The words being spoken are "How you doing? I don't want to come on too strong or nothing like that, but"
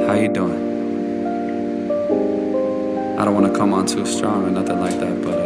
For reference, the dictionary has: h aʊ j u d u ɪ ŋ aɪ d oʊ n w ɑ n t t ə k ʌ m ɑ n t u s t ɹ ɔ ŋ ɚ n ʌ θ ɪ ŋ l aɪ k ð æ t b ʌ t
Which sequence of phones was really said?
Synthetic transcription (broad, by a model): h aʊ j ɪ d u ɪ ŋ aɪ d oʊ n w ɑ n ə k ʌ m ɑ n t u s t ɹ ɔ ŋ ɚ n ʌ θ ɪ ŋ l aɪ k ð æ t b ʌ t